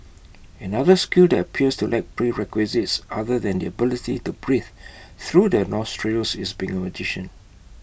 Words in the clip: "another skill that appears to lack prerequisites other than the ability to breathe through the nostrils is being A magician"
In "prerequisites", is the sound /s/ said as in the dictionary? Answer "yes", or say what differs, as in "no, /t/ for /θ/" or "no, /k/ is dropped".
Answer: yes